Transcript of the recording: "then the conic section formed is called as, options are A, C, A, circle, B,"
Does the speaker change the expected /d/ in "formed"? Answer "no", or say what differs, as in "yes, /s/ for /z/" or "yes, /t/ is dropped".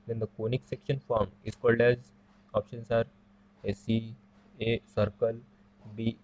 yes, /d/ is dropped